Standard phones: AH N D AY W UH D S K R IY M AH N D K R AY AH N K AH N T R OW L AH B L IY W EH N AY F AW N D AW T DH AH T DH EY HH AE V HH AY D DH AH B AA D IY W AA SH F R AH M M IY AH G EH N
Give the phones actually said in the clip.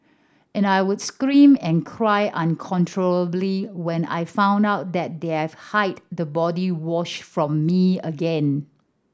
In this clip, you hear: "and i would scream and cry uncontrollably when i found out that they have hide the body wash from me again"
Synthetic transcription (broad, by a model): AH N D AY W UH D S K R IY M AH N K R AY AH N K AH N T R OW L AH B L IY W EH N AY F AW N D AW T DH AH T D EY HH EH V HH AY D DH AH B AA D IY W AA SH F R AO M M IY AH G EH N